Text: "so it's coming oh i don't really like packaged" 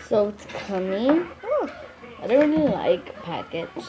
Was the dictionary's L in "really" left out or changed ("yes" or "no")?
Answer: yes